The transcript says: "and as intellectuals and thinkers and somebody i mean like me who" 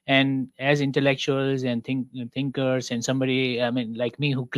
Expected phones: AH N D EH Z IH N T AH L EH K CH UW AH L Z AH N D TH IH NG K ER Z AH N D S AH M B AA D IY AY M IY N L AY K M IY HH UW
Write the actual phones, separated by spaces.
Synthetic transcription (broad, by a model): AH N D EH Z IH N T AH L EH K CH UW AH L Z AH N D T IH NG K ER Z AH N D S AH M B AA D IY AY M IY N L AY K M IY HH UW